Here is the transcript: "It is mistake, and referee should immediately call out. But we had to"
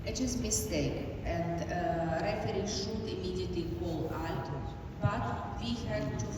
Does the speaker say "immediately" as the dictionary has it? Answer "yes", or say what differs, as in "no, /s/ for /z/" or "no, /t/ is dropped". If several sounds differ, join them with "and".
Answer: no, /l/ is dropped